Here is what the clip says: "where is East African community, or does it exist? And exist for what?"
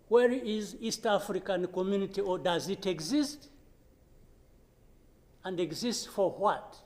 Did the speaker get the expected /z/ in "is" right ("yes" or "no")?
yes